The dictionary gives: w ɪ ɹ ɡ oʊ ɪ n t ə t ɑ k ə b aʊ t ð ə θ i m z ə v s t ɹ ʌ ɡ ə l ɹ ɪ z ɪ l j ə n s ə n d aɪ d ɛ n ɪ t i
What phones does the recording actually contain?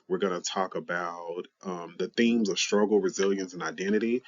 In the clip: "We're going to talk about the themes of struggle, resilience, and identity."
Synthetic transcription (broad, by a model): w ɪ ɹ ɡ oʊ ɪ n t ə t ɑ k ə b aʊ t ð ə θ i m z ə v s t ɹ ʌ ɡ l ɹ ɪ z ɪ l j ə n s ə n aɪ d ɛ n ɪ t i